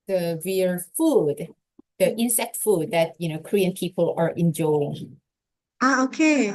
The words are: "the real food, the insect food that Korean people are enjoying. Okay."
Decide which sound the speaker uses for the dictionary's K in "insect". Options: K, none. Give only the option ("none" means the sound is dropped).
K